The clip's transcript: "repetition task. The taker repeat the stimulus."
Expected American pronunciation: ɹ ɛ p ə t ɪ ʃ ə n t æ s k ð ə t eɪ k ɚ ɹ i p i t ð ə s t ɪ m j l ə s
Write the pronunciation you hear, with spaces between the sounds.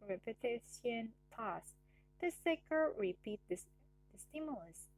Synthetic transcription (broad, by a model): ɹ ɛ p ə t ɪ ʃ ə n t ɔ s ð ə s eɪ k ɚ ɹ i p i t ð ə s t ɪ m j l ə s